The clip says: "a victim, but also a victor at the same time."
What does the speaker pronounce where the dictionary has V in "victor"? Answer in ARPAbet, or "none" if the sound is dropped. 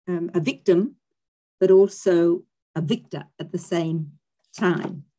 V